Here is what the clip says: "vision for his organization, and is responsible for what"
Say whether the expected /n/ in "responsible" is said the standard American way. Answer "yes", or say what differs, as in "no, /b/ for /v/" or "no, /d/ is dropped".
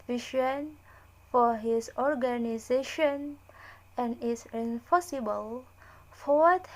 no, /n/ is dropped